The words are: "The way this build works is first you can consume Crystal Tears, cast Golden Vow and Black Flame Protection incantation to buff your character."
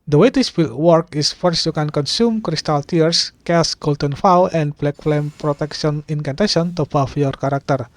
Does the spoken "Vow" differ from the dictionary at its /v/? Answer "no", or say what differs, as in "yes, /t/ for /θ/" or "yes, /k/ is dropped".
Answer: yes, /f/ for /v/